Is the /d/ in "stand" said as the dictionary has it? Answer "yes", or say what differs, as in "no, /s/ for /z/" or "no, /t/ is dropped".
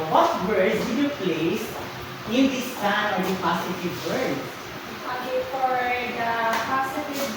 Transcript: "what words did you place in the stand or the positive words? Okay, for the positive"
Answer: no, /d/ is dropped